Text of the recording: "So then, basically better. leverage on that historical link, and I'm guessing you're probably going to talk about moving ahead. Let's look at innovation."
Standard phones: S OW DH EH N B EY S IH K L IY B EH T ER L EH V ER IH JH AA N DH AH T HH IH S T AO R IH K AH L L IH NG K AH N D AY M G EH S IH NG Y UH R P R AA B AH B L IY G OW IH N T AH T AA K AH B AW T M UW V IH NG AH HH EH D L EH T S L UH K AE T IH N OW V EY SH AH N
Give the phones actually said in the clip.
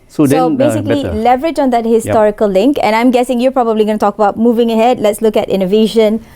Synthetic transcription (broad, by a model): S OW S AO B EY S IH K L IY L EH V ER IH JH AA N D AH T HH IH S T AO R IH K AH L L IH NG K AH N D AY M G EH S IH NG Y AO P R AA B AH B L IY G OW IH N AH T AA K AH B AW T M UW V IH NG AH HH EH D L EH T S L UH K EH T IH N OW V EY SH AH N